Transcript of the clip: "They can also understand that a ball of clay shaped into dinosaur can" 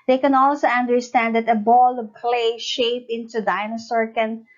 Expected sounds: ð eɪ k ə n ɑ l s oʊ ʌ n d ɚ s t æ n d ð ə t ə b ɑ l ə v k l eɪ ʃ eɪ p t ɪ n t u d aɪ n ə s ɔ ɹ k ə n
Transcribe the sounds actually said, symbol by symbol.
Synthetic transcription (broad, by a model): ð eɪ k ə n ɑ l s oʊ ʌ n d ɚ s t æ n d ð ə t ə b ɑ l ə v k l eɪ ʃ eɪ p ɪ n t u d aɪ n ə s ɔ ɹ k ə n